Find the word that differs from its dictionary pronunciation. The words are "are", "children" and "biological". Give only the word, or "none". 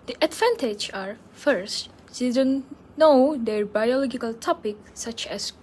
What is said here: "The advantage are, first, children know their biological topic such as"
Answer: children